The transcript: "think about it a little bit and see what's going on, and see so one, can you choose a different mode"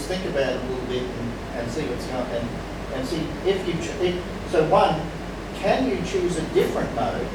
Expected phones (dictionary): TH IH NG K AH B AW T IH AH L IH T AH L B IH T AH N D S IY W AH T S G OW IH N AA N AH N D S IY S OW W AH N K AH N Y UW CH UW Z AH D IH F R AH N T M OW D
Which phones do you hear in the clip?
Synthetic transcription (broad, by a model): TH IH NG K AH B AW T IH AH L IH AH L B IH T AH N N S IY W AH T S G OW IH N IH N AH N S IY S OW W AH N K AH N Y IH CH UW Z AH D IH F R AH N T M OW